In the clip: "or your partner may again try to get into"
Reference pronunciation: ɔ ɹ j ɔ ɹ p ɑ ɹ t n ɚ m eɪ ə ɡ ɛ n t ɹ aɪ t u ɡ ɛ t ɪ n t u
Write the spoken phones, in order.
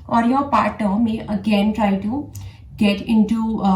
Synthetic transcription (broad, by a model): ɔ ɹ j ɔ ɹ p ɑ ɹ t ɚ m eɪ ə ɡ ɛ n t ɹ aɪ t u ɡ ɛ t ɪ n t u